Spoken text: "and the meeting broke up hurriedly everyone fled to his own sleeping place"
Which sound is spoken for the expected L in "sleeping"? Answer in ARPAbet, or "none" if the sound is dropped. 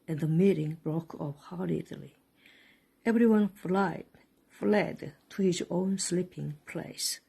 L